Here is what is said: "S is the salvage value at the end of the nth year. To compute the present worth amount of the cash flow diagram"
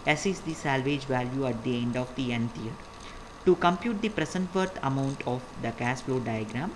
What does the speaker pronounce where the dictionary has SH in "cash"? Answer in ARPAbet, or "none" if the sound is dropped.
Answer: S